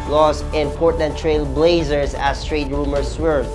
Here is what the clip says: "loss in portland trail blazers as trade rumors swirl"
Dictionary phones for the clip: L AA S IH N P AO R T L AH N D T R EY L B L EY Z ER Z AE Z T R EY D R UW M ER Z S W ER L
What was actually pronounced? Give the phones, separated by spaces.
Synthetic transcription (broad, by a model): L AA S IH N P AO R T AH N T R EY L B L EY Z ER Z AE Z T R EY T R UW M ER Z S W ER